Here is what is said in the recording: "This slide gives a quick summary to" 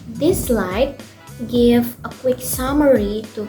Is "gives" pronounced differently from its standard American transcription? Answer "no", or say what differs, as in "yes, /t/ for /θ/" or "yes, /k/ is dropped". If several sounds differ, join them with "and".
yes, /z/ is dropped